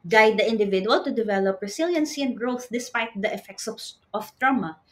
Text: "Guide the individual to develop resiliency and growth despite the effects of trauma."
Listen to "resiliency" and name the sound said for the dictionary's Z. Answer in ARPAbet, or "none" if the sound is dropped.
S